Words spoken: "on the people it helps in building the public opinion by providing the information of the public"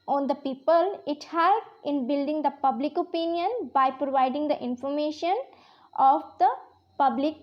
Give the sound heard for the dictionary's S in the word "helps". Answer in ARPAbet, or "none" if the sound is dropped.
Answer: none